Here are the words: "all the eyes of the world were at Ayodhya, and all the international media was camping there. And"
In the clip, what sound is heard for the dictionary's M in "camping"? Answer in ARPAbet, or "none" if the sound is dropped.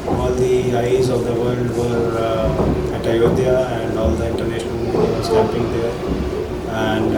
none